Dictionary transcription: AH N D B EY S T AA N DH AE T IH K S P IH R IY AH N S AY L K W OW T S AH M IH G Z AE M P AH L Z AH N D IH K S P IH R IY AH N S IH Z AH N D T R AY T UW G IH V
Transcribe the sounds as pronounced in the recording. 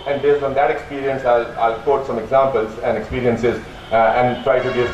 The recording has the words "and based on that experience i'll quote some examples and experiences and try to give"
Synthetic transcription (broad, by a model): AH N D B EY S AA N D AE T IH K S P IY R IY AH N S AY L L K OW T S AH M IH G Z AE M P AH L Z AH N D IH K S P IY R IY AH N S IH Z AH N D T R AY T UW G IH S